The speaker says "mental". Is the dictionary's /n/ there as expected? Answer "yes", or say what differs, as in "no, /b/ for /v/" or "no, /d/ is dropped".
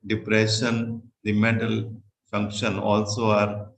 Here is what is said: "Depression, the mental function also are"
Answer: no, /n/ is dropped